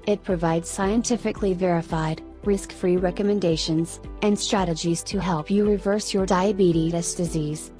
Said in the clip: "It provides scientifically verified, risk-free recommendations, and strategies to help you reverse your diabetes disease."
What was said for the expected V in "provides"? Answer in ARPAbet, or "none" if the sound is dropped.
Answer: V